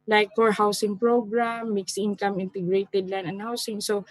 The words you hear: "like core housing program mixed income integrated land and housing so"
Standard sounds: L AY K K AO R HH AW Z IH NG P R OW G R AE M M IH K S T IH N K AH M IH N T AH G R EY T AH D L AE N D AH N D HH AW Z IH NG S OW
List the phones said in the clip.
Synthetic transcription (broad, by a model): L AY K K AO R HH AW S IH NG P R OW G R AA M M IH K S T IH N K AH M IH N T AH G R EY T AH D L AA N AH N HH AW S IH NG S OW